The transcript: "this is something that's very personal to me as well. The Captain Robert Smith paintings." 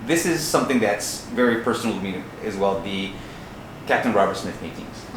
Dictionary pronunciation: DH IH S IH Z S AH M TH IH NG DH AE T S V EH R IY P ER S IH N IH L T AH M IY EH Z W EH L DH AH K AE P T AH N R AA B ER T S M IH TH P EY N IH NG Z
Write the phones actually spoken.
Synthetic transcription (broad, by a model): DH IH S IH Z S AH M TH IH NG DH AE T S V EH R IY P ER S N L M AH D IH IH Z W EH L DH AH K AE P T AH N R AA B ER T S M IH TH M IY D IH NG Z